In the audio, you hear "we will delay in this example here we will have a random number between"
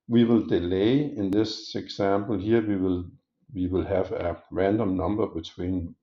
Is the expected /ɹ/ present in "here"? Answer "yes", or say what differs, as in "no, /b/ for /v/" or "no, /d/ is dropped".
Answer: no, /l/ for /ɹ/